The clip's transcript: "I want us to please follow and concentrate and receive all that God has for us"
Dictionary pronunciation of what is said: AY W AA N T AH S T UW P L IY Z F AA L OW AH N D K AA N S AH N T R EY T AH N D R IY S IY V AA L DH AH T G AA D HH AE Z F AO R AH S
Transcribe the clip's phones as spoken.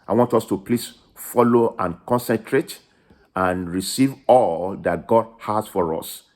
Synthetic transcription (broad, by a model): AY W AA N T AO S T UW P L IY S F AA L OW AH N K AA N S AH N T R EY T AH N R IY S IY V AA L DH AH T G AA D HH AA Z F AO R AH S